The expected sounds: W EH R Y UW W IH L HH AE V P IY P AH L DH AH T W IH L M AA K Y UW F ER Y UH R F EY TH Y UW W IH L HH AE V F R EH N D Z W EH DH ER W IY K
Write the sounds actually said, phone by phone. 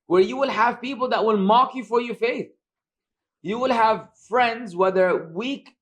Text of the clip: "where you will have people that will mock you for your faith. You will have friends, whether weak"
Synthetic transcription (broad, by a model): W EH R Y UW W IH L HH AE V P IY P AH L DH AH T W IH L M AA K Y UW F ER Y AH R F EY TH Y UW W IH L HH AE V F R EH N D Z W EH DH ER W IY K